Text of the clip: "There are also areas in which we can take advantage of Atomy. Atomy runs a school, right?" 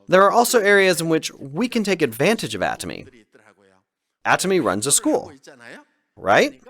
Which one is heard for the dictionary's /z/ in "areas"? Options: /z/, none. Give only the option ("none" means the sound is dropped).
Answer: /z/